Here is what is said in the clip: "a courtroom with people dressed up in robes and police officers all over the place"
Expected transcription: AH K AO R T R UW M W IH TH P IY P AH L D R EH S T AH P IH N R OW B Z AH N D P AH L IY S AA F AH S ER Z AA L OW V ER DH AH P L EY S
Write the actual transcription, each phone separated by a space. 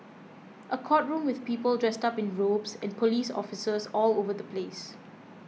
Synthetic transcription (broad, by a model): AH K AO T R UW M W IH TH P IY P AH L D R EH S T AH P IH N R OW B S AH N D P AH L IY S AA F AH S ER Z AA L OW V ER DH AH P L EY S